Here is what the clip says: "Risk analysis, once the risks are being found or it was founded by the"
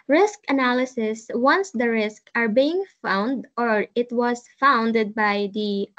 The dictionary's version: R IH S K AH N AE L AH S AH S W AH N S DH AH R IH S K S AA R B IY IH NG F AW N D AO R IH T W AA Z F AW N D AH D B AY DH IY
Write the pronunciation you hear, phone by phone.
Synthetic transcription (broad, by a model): R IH S K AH N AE L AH S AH S W AH N S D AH R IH S K AA R B IY IH NG F AW N D AO R IH T W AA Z F AW N D AH D B AY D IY